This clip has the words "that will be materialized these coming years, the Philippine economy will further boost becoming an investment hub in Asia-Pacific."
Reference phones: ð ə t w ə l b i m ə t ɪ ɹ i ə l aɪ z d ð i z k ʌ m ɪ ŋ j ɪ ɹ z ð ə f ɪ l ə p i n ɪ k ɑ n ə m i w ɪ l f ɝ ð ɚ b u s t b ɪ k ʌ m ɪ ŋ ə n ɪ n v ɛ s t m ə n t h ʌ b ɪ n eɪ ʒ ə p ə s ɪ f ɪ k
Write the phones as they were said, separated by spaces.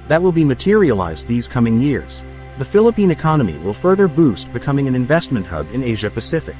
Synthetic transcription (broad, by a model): ð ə t w ə l b i m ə t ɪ ɹ i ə l aɪ z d ð i z k ʌ m ɪ ŋ j ɪ ɹ z ð ə f ɪ l ə p i n ɪ k ɑ n ə m i w ɪ l f ɝ ð ɚ b u s t b ɪ k ʌ m ɪ ŋ ə n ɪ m v ɛ s t m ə n t h ʌ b ɪ n eɪ ʒ ə p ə s ɪ f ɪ k